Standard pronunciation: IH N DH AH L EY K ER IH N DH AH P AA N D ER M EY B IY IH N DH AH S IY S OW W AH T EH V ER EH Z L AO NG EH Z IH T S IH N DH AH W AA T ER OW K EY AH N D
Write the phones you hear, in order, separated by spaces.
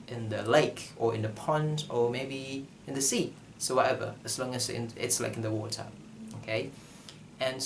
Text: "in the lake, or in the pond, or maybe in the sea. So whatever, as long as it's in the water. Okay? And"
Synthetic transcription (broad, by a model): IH N DH AH L EY K ER IH N DH AH P AA N D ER M EY B IY IH N DH AH S IY S OW W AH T EH V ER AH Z L AO NG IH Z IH T S IH N DH AH W AA T ER OW K EY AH N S